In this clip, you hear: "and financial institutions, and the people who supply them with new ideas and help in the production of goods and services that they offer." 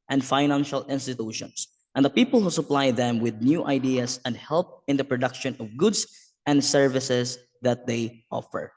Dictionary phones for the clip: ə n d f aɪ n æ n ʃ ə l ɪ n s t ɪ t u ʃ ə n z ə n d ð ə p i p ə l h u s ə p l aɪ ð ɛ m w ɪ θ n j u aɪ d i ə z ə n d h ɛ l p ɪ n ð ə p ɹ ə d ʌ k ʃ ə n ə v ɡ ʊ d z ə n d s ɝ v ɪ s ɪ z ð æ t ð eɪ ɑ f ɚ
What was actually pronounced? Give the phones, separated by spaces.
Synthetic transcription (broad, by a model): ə n d f aɪ n æ n ʃ ə l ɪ n s t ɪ t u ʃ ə n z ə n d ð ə p i p ə l h u s ə p l aɪ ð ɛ m w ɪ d n j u aɪ d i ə s ə n d h ɛ l p ɪ n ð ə p ɹ ə d ʌ k ʃ ə n ə v ɡ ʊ d s ə n d s ɝ v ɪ s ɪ s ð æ t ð eɪ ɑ f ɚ